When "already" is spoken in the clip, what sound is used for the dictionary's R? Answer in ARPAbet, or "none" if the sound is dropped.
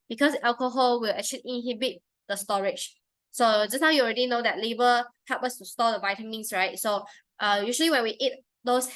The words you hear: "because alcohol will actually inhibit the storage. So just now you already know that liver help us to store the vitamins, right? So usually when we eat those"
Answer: R